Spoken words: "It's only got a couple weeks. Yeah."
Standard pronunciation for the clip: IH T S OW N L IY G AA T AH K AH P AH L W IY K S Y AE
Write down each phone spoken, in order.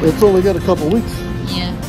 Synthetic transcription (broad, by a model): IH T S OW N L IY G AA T AH K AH P L W IY K S